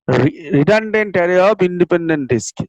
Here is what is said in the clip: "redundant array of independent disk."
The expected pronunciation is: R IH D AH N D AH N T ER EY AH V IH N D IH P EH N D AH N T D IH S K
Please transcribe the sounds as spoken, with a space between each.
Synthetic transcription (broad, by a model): R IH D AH N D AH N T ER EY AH P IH N D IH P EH N D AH N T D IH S K